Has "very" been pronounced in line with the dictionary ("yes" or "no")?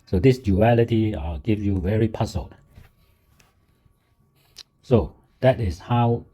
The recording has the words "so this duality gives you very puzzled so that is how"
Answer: yes